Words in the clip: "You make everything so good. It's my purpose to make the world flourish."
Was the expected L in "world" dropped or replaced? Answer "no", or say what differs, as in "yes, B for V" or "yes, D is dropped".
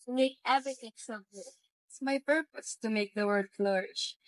yes, L is dropped